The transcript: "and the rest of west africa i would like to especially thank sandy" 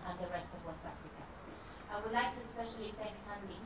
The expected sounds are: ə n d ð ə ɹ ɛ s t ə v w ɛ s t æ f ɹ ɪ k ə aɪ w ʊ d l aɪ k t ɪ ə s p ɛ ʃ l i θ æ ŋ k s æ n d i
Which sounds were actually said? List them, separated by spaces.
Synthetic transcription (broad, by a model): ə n ð ə ɹ ɛ s t ə v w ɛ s æ f ɹ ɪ k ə aɪ w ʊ d l aɪ k t ɪ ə s p ɛ ʃ l i f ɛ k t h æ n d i